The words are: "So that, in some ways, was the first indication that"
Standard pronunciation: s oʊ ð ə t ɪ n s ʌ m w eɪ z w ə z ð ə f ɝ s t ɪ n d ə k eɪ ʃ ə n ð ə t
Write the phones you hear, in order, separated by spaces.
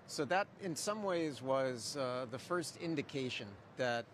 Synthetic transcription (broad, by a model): s oʊ ð ə t ɪ n s ʌ m w eɪ z w ə z ð ə f ɝ s t ɪ n d ə k eɪ ʃ ə n ð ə t